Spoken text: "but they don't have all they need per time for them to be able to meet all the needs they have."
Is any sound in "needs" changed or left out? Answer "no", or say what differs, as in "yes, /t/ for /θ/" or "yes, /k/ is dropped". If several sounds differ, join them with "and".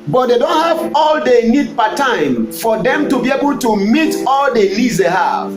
yes, /l/ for /n/